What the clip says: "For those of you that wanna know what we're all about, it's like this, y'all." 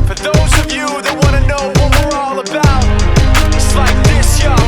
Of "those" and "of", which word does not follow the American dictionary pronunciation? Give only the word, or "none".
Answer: none